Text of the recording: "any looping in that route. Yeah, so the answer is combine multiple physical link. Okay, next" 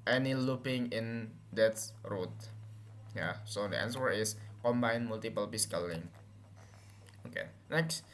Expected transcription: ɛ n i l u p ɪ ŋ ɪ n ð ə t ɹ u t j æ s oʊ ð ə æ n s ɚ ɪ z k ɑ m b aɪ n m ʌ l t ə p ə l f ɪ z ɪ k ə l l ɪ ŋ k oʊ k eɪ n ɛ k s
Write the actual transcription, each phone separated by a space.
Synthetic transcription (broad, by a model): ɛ n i l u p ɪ ŋ ɪ n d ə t ɹ u t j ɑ s oʊ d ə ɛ n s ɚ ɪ s k ɑ m b aɪ n m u l t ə p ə l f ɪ s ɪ k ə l l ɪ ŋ oʊ k eɪ n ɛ k s